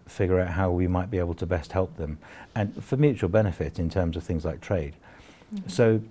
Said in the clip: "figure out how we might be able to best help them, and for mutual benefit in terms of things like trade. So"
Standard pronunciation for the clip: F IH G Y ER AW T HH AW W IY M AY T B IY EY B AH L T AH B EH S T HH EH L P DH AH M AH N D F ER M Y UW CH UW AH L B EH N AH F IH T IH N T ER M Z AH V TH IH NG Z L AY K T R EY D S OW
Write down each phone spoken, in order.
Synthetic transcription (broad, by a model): F IH G Y ER AW T HH AW W IY M AY T B IY EY B AH L T AH B EH S T HH EH L P DH AH M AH N F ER M Y UW CH UW AH L B EH N AH F IH T IH N T ER M Z AH V TH IH NG Z L AY K T R EY D S OW